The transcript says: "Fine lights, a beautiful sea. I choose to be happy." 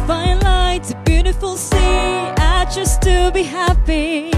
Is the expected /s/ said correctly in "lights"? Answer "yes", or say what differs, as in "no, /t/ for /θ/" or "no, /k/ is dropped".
no, /s/ is dropped